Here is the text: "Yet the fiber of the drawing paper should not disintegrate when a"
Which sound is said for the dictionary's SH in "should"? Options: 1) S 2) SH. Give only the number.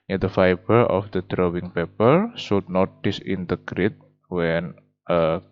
1